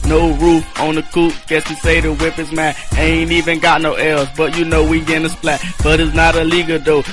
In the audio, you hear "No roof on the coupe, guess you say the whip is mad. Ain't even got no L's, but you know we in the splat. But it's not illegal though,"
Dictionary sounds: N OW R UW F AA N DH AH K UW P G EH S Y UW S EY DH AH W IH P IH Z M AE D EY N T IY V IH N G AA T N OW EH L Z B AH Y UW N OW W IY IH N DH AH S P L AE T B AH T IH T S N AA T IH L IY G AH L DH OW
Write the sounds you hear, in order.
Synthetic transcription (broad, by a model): N OW R UW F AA N DH AH K UW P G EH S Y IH S EY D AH W IH P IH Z M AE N EY N T IY V IH N G AA T N OW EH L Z B AH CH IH N OW W IY IH N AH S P L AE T B AH T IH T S N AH T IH L IY G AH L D OW